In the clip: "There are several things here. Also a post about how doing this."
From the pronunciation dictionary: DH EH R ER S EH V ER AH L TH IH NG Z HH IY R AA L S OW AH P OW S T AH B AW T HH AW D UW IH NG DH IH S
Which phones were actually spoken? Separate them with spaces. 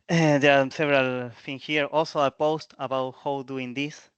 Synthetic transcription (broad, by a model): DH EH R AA S EH V ER AH L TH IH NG HH IY R AA L S OW AH P OW S T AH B AW T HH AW D UW IH NG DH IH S